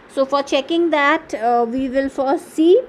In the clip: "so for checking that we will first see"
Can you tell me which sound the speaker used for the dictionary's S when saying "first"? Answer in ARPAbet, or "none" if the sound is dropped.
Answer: none